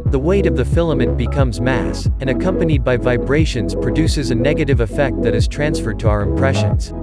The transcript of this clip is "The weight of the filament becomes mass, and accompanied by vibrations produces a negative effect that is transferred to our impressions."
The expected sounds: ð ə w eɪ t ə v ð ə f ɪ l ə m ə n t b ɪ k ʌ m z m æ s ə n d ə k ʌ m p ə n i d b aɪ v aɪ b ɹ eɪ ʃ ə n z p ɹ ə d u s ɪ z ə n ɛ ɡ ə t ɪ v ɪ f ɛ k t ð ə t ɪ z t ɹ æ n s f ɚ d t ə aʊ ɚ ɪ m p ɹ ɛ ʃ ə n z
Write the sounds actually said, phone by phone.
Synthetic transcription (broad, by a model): ð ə w eɪ t ə v ð ə f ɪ l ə m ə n b ɪ k ʌ m z m æ s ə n ə k ʌ m p ə n i d b aɪ v aɪ b ɹ eɪ ʃ ə n z p ɹ ə d u s ɪ z ə n ɛ ɡ ə t ɪ v ɪ f ɛ k t ð ə t ɪ z t ɹ æ n s f ɚ d t ə aʊ ɚ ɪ m p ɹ ɛ ʃ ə n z